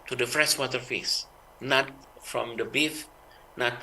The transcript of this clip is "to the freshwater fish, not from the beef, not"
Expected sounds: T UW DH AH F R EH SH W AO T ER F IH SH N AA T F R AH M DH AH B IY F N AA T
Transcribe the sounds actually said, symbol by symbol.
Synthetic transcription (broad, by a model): T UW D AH F R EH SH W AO T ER F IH S N AA T F R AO M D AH B IY F N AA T